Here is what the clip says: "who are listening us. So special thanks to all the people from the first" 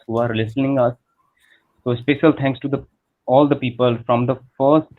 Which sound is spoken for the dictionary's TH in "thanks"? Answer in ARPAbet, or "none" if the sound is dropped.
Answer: T